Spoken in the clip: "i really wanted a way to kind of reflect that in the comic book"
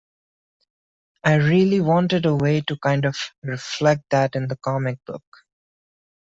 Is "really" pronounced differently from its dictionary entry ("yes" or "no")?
no